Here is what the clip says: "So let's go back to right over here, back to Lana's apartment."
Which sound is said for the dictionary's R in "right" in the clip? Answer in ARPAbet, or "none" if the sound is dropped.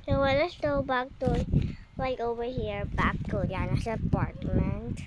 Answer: L